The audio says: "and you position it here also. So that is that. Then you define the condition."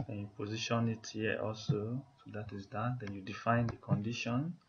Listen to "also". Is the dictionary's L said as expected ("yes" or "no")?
yes